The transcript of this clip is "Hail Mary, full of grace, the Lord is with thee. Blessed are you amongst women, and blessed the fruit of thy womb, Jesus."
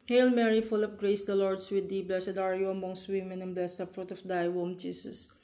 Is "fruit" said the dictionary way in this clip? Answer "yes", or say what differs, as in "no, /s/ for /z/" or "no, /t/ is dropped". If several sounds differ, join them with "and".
yes